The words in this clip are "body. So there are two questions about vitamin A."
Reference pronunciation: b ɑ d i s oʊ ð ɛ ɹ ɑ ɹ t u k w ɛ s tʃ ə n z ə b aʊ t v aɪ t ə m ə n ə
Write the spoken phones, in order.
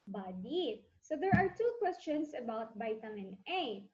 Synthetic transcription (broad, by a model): b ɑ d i s oʊ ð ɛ ɹ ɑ ɹ t u k w ɛ s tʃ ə n s ə b aʊ t b aɪ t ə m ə n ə